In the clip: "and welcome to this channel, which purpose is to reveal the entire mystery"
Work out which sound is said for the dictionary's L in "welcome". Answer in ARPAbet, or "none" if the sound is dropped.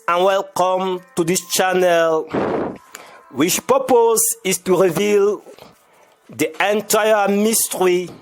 L